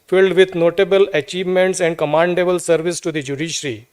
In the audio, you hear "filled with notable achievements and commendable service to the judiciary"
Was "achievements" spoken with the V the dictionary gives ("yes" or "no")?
yes